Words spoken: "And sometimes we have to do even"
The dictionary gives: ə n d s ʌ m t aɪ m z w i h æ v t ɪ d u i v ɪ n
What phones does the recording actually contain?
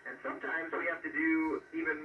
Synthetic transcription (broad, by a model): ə n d s ʌ m t aɪ m z w i h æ f t ɪ d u i v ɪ n